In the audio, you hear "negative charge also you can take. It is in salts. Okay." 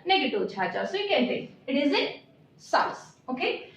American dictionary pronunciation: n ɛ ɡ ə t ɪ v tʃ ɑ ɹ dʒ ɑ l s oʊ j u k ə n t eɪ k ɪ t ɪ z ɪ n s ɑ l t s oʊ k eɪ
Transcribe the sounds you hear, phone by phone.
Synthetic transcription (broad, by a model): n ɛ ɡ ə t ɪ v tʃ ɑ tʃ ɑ s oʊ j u k ə n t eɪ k ɪ t ɪ z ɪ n s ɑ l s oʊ k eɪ